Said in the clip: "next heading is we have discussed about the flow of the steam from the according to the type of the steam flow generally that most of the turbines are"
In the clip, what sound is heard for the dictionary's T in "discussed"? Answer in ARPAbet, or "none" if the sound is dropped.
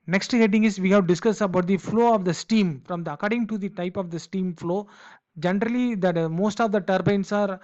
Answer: none